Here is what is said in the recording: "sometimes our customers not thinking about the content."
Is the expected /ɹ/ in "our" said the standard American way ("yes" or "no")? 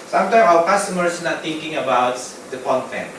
no